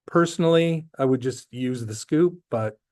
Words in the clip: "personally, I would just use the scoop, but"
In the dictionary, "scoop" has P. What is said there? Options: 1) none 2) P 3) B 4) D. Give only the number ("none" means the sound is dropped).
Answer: 2